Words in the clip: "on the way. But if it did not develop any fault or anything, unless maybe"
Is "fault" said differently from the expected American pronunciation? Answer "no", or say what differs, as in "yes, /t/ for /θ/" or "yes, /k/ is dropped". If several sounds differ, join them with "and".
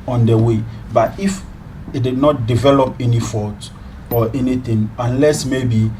yes, /l/ is dropped